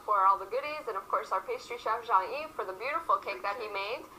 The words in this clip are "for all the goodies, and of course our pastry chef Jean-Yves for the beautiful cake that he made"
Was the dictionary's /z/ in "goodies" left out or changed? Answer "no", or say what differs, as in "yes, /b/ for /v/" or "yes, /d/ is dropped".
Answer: no